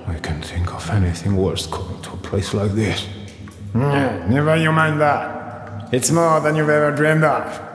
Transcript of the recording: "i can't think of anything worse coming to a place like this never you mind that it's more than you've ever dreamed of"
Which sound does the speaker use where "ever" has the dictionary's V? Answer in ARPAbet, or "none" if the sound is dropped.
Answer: V